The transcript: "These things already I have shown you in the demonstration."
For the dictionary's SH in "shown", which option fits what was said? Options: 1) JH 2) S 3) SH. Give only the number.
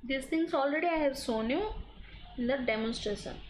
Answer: 2